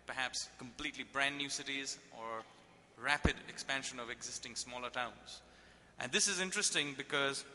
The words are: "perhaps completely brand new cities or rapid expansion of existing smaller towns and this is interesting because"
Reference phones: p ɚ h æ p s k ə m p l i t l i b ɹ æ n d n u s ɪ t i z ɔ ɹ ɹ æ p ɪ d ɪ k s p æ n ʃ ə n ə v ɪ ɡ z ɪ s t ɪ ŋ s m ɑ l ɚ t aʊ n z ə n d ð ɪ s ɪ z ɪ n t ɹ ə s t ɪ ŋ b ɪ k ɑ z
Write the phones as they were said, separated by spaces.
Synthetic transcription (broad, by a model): p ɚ h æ p s k ə m p l i t l i b ɹ æ n d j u s ɪ t i z ɔ ɹ ɹ æ p ɪ d ɪ k s p æ n ʃ ə n ə v ɪ ɡ z ɪ s t ɪ ŋ s m ɑ l ɚ t aʊ n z ə n d ɪ s ɪ z ɪ n t ɹ ə s t ɪ ŋ b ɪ k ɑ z